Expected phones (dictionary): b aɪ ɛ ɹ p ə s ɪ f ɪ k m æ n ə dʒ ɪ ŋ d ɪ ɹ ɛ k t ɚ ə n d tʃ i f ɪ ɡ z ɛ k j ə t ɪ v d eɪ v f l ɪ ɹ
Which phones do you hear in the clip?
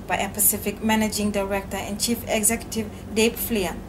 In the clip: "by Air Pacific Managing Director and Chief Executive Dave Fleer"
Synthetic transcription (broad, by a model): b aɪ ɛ p ə s ɪ f ɪ k m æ n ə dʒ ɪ ŋ d ɪ ɹ ɛ k t ɚ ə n tʃ i f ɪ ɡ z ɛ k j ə t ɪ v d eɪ p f l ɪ